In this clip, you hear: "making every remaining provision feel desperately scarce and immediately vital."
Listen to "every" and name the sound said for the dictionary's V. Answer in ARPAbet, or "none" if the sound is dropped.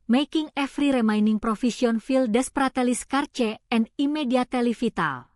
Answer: F